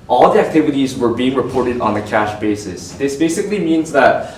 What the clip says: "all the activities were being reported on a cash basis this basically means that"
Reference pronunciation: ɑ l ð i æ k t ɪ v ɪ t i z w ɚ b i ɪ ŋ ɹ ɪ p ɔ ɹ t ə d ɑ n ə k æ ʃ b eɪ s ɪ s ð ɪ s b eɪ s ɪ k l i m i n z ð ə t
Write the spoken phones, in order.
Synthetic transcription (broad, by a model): ɑ l ð i æ k t ɪ v ɪ t i z w ɚ b i ɪ ŋ ɹ ɪ p ɔ ɹ t ə d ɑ n ə k æ ʃ b eɪ s ɪ s ð ɪ s b eɪ s ɪ k l i m i n z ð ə t